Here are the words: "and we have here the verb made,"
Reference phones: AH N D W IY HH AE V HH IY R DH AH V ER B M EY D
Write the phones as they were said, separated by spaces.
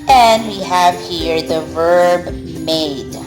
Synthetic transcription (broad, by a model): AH N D W IY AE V HH IY R DH AH V ER B M EY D